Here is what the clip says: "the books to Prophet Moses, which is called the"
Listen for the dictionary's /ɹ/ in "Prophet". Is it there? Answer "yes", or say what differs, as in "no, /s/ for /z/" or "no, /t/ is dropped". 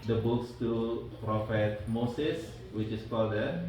yes